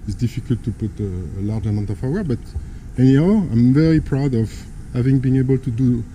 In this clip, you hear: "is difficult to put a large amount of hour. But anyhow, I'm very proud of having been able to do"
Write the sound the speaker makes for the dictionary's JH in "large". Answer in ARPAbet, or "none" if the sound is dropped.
JH